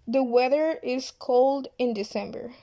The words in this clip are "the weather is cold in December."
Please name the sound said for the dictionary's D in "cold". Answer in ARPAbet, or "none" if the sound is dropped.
D